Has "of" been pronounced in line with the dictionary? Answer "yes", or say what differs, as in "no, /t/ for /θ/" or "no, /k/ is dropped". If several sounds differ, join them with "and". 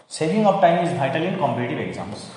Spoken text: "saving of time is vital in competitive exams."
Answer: no, /p/ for /v/